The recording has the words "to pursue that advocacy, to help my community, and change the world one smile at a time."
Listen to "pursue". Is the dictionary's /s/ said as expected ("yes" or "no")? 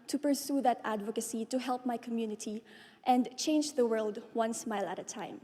yes